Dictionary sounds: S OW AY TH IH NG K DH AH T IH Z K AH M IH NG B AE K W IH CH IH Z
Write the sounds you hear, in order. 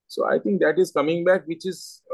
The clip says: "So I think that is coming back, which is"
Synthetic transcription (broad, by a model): S OW AY T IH NG K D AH T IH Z K AH M IH NG B AE K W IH CH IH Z